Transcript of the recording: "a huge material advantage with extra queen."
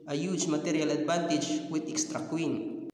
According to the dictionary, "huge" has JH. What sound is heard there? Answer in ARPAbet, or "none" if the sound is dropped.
CH